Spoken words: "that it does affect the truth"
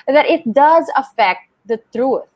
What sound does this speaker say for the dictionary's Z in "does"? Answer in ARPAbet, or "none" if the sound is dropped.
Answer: Z